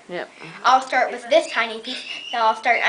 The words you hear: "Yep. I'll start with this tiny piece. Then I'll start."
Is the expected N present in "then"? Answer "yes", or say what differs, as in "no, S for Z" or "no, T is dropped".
no, N is dropped